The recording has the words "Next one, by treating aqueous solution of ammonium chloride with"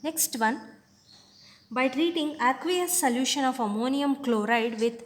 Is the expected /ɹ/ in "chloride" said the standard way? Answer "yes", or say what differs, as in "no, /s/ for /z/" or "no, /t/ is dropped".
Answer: yes